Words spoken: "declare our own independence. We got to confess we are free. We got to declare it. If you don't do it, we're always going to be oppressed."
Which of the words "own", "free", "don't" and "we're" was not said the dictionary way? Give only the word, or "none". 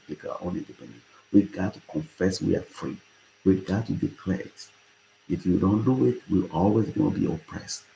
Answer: we're